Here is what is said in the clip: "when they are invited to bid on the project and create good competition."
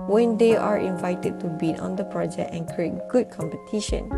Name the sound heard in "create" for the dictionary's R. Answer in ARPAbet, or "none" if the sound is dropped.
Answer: R